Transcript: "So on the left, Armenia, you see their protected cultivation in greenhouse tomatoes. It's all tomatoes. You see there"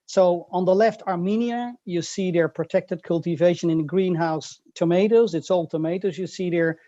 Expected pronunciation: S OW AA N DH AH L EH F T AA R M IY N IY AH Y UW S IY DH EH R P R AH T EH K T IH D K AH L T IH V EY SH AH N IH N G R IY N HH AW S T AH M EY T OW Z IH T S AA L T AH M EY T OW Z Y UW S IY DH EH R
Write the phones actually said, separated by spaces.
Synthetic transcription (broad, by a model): S OW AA N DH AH L EH F T AA R M IY N IY AH Y UW S IY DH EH R P R AH T EH K T IH D K AH L T IH V EY SH AH N IH N G R IY N HH AW S T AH M EY T OW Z IH T S AA L T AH M EY T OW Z Y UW S IY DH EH R